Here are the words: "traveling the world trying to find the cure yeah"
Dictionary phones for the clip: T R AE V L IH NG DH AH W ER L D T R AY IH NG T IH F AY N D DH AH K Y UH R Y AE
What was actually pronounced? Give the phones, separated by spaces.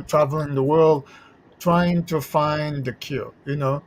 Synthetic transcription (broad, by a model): T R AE V L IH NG DH AH W ER L D T R AY IH NG T IH F AY N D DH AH K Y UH L Y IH